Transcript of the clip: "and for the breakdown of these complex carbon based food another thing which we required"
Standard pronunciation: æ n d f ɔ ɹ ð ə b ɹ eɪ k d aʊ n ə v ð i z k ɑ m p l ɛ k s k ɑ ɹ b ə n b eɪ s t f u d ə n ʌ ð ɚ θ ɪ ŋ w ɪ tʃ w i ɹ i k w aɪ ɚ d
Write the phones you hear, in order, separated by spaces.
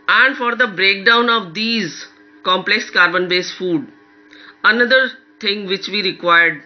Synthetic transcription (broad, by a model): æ n d f ɔ ɹ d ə b ɹ eɪ k d aʊ n ə v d i z k ɑ m p l ɛ k s k ɑ ɹ b ə n b eɪ s f u d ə n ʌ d ɚ t ɪ ŋ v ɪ tʃ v i ɹ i k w aɪ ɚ d